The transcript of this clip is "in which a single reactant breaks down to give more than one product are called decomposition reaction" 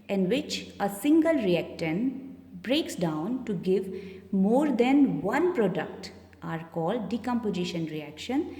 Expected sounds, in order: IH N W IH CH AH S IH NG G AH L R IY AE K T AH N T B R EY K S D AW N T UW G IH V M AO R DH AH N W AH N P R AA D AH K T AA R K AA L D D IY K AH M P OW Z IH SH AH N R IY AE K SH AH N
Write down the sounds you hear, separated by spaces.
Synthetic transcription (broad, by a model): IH N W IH CH AH S IH NG G AH L R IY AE K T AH N B R EY K S D AW N T UW G IH V M AO R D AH N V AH N P R AA D AH K T AA R K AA L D D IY K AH M P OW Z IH SH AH N R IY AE K SH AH N